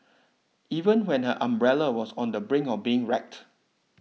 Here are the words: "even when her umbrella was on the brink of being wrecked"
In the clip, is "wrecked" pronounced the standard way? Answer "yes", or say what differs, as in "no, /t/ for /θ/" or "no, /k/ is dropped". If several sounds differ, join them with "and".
yes